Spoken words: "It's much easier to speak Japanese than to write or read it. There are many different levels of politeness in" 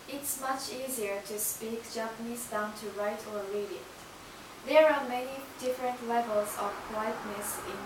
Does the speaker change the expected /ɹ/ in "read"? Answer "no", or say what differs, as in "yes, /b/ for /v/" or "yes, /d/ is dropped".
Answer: yes, /l/ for /ɹ/